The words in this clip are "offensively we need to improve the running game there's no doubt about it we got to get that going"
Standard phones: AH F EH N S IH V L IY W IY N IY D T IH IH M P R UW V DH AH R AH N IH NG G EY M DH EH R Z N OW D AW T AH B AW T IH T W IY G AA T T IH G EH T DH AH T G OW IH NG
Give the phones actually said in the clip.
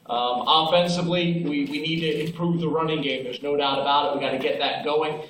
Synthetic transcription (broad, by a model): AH F EH N S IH V L IY W IY N IY D T IH IH M P R UW V DH AH R AH N IH NG G EY M DH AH R Z N OW D AW T AH B AW T IH T W IY G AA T T IH G EH T DH AH T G OW IH NG